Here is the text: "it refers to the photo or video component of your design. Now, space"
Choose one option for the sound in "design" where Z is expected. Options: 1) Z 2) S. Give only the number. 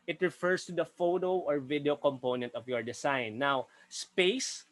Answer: 2